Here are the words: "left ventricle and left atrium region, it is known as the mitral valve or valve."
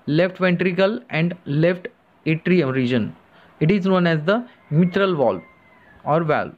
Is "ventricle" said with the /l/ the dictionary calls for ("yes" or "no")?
yes